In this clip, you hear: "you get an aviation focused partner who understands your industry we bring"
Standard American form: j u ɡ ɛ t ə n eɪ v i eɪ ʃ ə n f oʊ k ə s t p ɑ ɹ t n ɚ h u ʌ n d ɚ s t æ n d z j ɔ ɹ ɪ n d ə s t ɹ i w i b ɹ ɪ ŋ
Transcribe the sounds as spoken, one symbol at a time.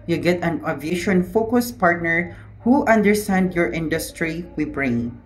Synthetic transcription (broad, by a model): j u ɡ ɛ t ə n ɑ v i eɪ ʃ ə n f oʊ k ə s p ɑ ɹ t n ɚ h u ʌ n d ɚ s t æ n d j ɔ ɹ ɪ n d ə s t ɹ i w i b ɹ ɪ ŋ